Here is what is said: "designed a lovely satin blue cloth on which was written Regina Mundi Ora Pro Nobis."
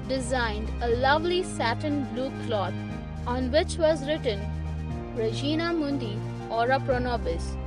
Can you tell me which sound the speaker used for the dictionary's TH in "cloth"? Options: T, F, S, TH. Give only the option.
T